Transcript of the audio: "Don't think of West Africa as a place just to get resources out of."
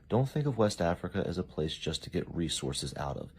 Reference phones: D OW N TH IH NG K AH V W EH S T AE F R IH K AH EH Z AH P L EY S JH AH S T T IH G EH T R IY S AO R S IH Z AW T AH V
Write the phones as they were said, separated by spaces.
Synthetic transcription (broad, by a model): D OW N TH IH NG K AH V W EH S T AE F R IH K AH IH Z AH P L EY S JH AH S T T IH G EH T R IY S AO R S IH Z AW T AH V